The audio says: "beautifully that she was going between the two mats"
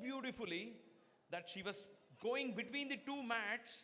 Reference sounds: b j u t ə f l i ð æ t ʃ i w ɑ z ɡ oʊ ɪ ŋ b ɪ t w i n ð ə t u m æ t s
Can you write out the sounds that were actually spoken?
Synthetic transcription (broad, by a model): b j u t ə f l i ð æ t ʃ i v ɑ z ɡ oʊ ɪ ŋ b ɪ t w i n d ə t u m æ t s